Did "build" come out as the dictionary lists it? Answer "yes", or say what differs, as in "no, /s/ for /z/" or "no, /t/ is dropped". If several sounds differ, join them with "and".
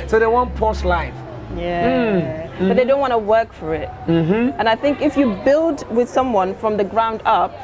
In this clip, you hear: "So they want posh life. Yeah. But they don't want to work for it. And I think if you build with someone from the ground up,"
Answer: yes